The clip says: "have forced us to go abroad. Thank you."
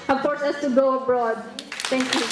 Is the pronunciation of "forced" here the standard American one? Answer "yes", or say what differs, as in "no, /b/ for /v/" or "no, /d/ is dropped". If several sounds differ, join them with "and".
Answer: no, /t/ is dropped